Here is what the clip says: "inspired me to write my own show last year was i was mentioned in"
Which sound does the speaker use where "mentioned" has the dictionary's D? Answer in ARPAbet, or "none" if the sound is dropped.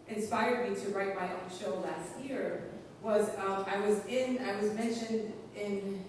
D